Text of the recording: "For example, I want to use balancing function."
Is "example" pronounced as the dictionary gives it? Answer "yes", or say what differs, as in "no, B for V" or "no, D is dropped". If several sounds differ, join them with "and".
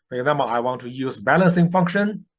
no, B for P